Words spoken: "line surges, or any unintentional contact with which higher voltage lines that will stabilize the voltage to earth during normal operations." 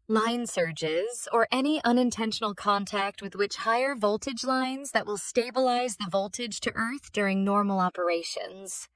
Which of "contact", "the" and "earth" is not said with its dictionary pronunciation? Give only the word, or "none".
none